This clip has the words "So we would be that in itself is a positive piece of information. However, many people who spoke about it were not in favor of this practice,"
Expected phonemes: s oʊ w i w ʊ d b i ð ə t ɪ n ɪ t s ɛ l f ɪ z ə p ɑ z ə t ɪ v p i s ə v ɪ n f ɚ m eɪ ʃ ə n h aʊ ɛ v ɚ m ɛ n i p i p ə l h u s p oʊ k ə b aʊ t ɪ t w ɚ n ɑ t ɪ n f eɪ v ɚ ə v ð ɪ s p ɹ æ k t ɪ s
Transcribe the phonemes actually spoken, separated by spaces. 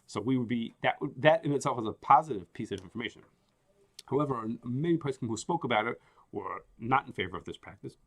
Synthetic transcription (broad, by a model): s oʊ w i w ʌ d b i ð ə t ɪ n ɪ t s ɛ l f ɪ z ə p ɑ z ə t ɪ v p i s ə v ɪ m f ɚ m eɪ ʃ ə n h aʊ ɛ v ɚ m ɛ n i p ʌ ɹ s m h u s p oʊ k ə b aʊ t ɪ t w ɚ n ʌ t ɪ n f eɪ v ɚ ə v ð ɪ s p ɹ æ k t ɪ s